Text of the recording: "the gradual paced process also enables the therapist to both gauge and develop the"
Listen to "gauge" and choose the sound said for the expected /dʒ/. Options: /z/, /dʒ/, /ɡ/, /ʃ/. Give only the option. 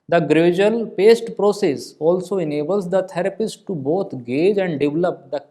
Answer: /dʒ/